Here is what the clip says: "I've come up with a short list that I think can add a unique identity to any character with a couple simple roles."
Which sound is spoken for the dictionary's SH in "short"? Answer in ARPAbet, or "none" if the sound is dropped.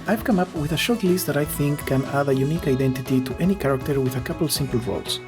SH